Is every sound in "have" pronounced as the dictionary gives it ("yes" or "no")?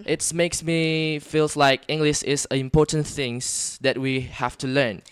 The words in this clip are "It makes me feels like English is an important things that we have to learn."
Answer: no